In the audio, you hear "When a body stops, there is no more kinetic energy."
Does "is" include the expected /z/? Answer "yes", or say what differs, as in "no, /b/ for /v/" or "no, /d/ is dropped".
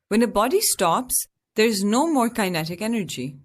yes